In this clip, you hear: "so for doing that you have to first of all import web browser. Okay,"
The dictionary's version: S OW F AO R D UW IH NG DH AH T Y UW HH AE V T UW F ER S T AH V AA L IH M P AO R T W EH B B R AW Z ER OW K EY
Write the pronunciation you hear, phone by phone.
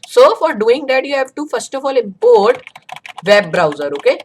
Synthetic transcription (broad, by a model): S OW F AO R D UW IH NG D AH T Y UW HH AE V T UW F ER S T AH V AA L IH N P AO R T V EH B B R AW Z ER OW K EY